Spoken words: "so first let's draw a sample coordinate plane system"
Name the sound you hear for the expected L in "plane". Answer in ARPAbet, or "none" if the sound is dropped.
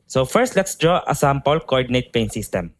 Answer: none